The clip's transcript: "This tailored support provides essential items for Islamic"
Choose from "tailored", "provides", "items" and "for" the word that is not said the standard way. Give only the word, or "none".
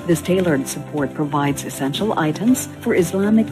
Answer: none